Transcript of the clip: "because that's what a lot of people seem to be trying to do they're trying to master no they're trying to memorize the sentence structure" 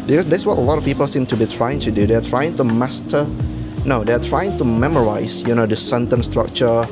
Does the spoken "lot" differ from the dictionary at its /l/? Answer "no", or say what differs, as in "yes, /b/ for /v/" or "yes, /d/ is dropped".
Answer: no